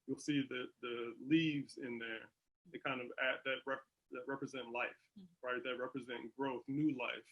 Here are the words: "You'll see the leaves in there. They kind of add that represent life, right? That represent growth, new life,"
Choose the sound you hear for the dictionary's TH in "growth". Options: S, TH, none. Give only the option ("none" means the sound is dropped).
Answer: TH